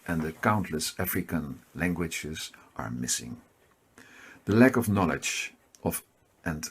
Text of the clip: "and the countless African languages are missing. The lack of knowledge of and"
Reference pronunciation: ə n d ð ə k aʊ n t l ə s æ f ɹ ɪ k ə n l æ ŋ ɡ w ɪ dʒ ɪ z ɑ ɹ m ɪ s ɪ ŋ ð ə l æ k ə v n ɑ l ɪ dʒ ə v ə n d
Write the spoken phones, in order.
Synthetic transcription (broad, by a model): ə n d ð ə k aʊ n t l ə s æ f ɹ ɪ k ə n l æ ŋ ɡ w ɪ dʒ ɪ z ɑ ɹ m ɪ s ɪ ŋ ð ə l æ k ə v n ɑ l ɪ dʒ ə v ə n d